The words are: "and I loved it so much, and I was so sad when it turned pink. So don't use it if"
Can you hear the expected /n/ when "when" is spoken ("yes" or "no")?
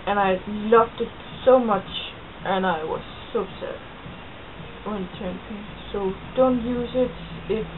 no